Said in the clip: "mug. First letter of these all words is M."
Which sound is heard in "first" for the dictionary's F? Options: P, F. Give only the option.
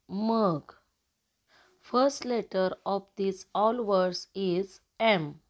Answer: F